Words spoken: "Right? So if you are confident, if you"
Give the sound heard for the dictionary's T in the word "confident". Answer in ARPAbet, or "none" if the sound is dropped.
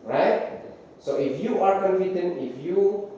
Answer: none